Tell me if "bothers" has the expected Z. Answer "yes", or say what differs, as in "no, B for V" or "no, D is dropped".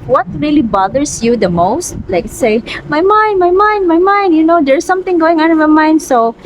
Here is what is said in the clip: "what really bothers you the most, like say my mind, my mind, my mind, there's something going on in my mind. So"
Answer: no, S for Z